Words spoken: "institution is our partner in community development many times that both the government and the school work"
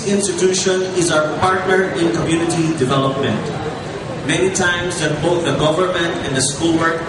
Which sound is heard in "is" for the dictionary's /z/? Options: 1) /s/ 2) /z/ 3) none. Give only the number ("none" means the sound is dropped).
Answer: 2